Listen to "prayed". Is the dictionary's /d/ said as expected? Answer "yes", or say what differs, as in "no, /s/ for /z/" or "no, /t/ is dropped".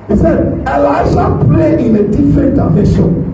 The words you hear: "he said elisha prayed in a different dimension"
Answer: no, /d/ is dropped